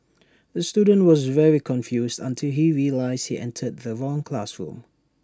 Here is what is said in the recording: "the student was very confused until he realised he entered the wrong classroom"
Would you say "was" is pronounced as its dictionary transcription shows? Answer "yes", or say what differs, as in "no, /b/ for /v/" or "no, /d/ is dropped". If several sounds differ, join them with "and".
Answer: yes